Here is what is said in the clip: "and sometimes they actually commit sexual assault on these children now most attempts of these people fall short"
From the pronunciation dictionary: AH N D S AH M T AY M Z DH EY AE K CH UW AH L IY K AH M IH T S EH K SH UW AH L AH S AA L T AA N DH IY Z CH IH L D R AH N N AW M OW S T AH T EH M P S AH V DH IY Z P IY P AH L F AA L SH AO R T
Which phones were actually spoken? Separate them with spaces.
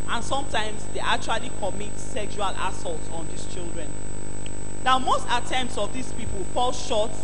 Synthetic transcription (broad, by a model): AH N S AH M T AY M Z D EY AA K CH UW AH L IY K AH M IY T S EH K SH UW AH L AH S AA L T AA N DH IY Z CH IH L D R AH N N AW M OW S T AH T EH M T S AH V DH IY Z P IY P AH L F AA L SH AO T